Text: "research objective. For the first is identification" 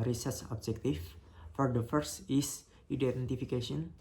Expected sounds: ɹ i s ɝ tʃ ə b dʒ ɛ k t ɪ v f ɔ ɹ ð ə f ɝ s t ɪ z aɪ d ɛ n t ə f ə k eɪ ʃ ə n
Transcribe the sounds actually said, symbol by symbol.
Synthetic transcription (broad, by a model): ɹ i s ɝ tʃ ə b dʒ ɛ k t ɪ f f ɔ ɹ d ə f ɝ s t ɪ s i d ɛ n t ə f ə k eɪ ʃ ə n